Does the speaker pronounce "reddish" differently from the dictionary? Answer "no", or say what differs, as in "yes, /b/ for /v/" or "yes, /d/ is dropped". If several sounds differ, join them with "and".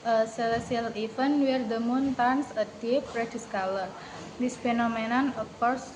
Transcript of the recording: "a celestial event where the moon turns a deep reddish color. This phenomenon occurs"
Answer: yes, /s/ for /ʃ/